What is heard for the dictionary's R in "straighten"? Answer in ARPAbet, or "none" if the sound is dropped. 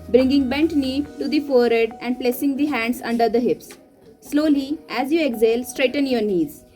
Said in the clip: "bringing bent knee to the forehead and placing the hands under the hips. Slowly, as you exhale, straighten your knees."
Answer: R